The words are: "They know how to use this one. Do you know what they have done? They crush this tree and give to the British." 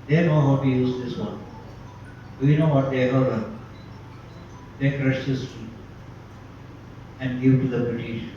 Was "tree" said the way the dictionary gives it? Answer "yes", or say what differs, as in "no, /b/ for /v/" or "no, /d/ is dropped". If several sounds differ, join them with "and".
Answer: no, /ɹ/ is dropped